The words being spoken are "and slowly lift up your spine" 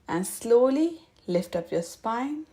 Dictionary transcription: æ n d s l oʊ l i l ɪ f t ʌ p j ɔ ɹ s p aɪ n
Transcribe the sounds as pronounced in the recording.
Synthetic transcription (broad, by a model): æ n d s l oʊ l i l ɪ f t ʌ p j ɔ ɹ s p aɪ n